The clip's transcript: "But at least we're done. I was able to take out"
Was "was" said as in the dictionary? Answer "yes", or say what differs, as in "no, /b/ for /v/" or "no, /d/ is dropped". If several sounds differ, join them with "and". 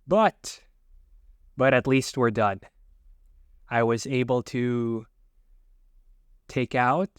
yes